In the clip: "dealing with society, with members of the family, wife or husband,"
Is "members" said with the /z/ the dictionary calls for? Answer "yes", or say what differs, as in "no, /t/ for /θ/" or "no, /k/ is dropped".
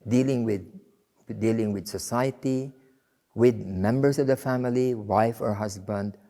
no, /s/ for /z/